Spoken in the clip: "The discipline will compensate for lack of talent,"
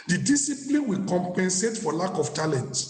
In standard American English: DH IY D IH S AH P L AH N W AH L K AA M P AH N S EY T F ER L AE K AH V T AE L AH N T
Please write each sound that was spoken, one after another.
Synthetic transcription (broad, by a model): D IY D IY S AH P L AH N W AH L K AA M P AH N S EY T F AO L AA K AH F T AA L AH N T